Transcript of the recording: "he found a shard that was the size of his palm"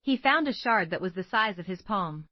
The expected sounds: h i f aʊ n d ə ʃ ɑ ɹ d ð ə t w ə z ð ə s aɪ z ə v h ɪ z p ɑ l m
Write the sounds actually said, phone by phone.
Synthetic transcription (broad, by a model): h i f aʊ n d ə ʃ ɑ ɹ d ð ə t w ə z ð ə s aɪ z ə v ɪ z p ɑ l m